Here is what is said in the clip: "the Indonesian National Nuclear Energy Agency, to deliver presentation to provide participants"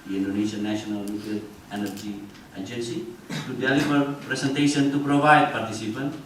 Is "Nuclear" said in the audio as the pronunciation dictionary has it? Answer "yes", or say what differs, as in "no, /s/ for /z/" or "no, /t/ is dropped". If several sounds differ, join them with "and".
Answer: no, /l/ is dropped